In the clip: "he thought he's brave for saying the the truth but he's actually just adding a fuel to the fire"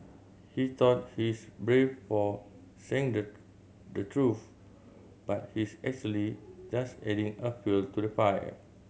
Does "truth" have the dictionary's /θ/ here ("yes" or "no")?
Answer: no